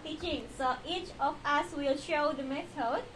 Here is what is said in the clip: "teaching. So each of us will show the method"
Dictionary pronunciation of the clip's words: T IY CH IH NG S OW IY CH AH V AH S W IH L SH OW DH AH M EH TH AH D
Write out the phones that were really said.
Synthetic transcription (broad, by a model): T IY CH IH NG S OW IY CH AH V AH S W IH L SH OW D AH M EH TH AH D